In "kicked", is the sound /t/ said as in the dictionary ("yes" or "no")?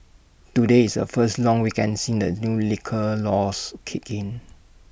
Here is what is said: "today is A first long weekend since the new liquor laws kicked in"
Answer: no